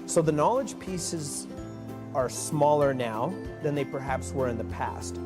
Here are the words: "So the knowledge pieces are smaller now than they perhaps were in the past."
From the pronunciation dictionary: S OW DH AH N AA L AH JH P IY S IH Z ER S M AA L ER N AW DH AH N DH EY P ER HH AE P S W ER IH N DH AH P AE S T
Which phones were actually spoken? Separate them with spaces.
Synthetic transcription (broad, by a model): S OW DH AH N AA L AH JH P IY S IH Z ER S M AA L ER N AW DH AH N DH EY P ER HH AE P S W ER IH N DH AH P AE S T